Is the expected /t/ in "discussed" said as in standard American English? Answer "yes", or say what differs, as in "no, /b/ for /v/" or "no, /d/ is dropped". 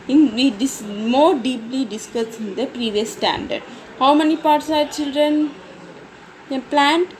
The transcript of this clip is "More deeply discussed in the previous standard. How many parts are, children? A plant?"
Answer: no, /t/ is dropped